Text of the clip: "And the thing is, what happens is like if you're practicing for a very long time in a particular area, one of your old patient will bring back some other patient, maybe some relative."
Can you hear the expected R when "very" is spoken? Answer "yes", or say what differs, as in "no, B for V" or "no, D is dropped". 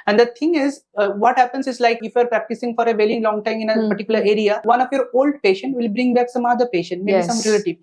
no, L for R